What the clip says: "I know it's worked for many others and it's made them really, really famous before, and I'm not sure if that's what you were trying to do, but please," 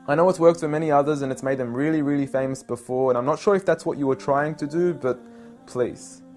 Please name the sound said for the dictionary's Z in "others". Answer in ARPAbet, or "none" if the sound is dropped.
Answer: Z